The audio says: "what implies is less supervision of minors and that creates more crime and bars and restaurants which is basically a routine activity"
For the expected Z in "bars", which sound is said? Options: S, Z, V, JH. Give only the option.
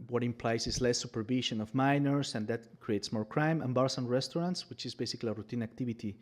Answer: S